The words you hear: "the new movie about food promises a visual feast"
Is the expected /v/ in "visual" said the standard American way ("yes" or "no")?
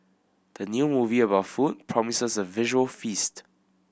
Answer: yes